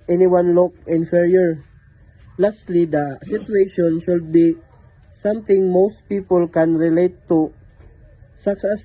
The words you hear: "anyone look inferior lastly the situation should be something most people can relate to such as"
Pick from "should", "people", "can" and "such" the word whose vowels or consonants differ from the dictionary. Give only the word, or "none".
such